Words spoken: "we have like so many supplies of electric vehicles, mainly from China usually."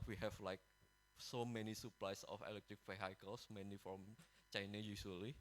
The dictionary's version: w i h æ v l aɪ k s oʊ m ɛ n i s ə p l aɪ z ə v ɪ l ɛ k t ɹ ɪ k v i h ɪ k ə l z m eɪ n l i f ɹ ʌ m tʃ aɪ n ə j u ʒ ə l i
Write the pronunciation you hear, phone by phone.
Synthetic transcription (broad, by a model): w i h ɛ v l aɪ k s oʊ m ɛ n i s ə p l aɪ s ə f ɪ l ɛ k t ɹ ɪ k f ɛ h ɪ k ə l s m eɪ n i f ɹ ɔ m tʃ aɪ n ə j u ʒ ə l i